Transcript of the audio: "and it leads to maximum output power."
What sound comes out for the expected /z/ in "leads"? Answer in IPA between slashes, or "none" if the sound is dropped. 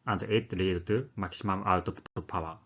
none